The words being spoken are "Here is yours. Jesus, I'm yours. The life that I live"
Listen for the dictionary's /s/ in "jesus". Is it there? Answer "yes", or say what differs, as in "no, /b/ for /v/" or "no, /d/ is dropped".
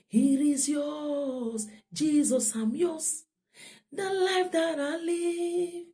yes